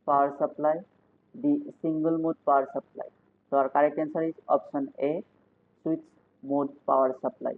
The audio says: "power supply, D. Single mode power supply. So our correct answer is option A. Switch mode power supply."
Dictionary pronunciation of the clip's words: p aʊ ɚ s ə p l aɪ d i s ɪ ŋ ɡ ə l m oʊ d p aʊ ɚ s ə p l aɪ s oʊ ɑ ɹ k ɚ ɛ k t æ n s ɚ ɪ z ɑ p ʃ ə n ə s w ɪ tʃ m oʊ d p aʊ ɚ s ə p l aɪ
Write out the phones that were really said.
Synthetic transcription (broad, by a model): p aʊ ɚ s ə p l aɪ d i s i ŋ ɡ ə l m oʊ d p aʊ ɚ s ə p l aɪ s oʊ ɑ ɹ k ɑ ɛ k ɛ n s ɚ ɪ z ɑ p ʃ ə n ə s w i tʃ m oʊ d p aʊ ɚ s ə p l aɪ